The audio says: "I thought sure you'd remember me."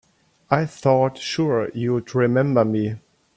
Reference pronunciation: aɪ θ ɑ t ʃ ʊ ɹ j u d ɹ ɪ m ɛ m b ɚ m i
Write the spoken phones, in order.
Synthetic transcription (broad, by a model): aɪ θ ɑ t ʃ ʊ ɹ j u d ɹ ɪ m ɛ m b ɚ m i